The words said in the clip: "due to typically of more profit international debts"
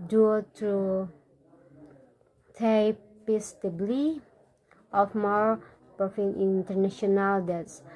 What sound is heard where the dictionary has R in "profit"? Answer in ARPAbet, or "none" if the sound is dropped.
none